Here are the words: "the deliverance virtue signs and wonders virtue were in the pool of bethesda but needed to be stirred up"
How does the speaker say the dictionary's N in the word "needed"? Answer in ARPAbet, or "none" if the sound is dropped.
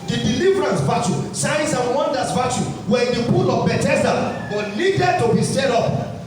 L